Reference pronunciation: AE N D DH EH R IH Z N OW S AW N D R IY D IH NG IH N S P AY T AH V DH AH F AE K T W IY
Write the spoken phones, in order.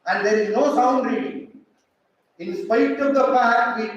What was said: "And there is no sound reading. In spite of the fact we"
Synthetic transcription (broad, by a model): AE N D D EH R IH Z N OW S AW N D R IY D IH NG IH N S P AY T AH V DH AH P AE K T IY